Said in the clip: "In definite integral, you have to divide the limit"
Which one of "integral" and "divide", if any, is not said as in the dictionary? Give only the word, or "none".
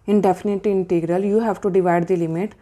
none